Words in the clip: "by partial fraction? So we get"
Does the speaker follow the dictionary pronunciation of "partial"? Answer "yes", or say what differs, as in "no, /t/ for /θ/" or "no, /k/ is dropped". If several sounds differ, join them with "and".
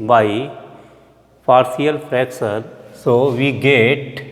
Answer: no, /s/ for /ʃ/